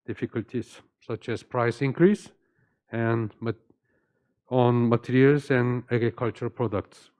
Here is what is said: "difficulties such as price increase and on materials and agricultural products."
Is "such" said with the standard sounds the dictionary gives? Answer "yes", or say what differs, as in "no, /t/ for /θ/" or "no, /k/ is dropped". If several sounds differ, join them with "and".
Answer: yes